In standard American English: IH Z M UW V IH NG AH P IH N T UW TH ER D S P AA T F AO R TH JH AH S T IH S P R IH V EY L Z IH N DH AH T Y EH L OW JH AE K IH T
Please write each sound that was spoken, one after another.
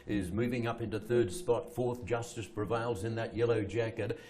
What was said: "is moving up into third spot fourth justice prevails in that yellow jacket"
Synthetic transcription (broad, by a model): IH Z M UW V IH NG AH P IH N T UW TH ER D S P AA T F AO R TH JH AH S T IH S P R IH V EY L Z IH N DH AH T Y EH L OW JH AE K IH T